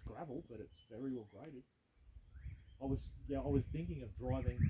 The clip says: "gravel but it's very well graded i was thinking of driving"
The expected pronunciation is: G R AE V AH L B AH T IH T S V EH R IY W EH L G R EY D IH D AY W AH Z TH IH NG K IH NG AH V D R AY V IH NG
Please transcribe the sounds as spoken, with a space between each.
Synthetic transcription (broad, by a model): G R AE V L B AH T IH T S V EH R IY W EH L G R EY D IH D AY W AH Z TH IH NG K IH NG AH V D R AY V IH NG